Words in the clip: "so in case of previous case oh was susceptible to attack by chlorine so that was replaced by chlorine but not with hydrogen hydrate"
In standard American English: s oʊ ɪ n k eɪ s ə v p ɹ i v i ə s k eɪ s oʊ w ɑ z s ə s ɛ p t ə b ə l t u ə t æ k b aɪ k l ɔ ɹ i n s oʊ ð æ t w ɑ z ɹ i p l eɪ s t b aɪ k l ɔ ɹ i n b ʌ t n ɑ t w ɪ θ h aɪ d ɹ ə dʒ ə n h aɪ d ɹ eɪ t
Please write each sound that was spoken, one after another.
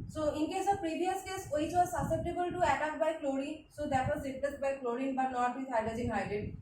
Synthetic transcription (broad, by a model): s oʊ ɪ n k eɪ s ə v p ɹ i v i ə s k eɪ s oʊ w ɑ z s ə s ɛ p t ə b ə l t u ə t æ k b aɪ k l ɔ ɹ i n s oʊ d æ t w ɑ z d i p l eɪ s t b aɪ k l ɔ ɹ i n b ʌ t n ɑ t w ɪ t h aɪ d ə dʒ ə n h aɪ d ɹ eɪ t